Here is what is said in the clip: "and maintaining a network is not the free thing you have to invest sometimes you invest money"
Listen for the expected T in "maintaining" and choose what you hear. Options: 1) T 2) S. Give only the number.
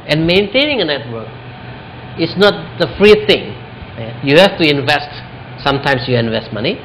1